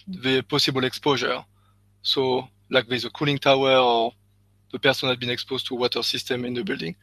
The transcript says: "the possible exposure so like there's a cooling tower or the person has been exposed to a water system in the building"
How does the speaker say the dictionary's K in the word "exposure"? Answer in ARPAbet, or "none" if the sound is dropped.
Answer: K